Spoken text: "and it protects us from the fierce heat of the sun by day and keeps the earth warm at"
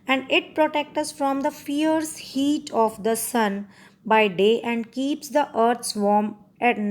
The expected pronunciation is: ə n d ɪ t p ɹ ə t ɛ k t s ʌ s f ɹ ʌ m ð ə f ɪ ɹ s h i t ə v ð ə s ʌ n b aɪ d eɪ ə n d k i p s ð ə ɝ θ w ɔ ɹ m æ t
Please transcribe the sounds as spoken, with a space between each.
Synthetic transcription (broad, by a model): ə n d ɪ t p ɹ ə t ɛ k t ʌ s f ɹ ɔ m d ə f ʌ ɹ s h i t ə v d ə s ʌ n b aɪ d eɪ ə n d k i p s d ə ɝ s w ɔ ɹ m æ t